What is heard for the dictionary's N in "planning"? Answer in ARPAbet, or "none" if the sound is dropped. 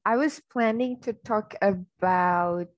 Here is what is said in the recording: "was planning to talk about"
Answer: N